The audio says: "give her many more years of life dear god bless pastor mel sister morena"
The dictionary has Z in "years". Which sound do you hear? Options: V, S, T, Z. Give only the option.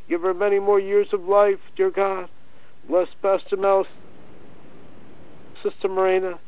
Z